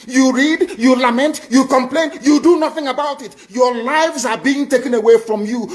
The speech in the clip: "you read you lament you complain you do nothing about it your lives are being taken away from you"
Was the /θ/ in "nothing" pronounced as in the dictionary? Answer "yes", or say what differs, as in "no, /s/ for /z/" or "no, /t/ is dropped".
yes